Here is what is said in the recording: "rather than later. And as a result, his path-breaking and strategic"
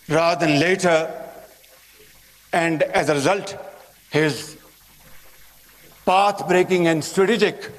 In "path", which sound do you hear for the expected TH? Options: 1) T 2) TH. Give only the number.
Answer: 1